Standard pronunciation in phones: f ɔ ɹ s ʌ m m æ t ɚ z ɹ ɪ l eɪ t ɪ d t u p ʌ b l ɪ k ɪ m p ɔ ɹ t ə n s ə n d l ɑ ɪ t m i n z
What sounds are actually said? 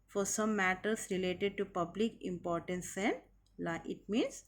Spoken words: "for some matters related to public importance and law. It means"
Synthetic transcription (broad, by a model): f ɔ ɹ s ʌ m m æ t ɚ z ɹ ɪ l eɪ t ɪ d t u p ʌ b l ɪ k ɪ m p ɔ ɹ t ə n s ə n d l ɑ ɪ t m i n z